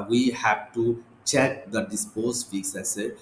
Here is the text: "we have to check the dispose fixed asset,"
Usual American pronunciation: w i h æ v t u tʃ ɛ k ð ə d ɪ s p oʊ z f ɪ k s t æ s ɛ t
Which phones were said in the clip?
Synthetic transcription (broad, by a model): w i h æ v t u tʃ ɛ k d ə d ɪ s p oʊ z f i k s æ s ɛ